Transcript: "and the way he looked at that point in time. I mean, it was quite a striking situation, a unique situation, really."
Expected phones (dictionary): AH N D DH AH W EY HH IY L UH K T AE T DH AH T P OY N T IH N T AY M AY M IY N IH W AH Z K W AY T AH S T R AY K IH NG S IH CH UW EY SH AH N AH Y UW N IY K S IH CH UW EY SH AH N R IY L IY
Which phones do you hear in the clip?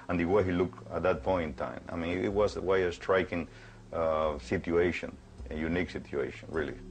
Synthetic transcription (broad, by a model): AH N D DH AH W EY HH IY L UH K AE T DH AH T P OY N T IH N T AY M AY M IY N IH W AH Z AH W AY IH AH S T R AY K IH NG S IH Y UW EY SH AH N AH Y UW N IY K S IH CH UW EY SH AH N R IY L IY